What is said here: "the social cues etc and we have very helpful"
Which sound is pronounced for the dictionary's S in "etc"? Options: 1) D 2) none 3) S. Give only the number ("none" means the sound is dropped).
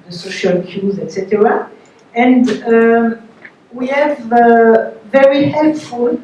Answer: 3